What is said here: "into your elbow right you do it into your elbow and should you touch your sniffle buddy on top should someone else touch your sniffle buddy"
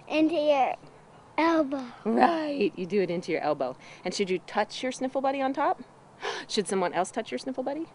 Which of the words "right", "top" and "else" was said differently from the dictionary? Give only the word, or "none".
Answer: none